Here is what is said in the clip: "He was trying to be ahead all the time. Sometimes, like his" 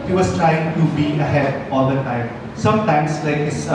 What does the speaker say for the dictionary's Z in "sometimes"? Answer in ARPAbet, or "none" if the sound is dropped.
S